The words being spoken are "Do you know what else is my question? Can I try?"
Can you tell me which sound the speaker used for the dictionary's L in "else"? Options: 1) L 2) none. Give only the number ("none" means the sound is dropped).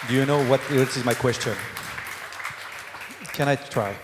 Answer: 2